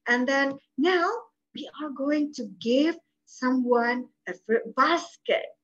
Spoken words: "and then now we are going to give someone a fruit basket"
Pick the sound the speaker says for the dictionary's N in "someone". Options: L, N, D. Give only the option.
N